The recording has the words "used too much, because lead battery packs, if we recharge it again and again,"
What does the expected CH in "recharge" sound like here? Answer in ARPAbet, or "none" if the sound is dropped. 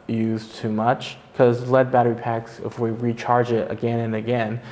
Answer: CH